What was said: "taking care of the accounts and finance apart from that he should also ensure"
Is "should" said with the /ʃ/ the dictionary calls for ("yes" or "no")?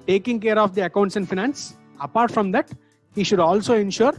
yes